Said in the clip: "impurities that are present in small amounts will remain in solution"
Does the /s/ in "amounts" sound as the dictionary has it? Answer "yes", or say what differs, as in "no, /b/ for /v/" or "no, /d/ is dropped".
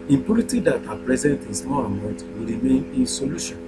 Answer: no, /s/ is dropped